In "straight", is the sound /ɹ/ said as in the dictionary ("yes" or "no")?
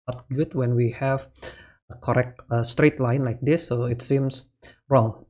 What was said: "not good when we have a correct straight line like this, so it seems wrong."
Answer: yes